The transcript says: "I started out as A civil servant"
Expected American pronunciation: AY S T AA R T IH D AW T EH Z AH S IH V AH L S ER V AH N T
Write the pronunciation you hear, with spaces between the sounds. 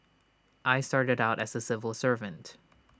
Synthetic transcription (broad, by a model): AY S T AA R T IH D AW T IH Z AH S IH V AH L S ER V AH N T